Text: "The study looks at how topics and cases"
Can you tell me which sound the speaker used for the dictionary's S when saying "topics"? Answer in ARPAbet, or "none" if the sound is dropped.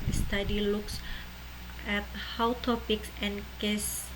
S